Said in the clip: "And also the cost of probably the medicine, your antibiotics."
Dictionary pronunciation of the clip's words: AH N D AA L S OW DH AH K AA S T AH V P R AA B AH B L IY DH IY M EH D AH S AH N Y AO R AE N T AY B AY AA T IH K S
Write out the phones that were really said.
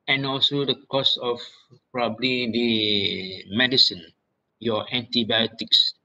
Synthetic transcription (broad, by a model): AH N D AA L S OW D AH K AA S AH F P R AA B AH B L IY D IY M EH D AH S AH N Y AO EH N T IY B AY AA T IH K S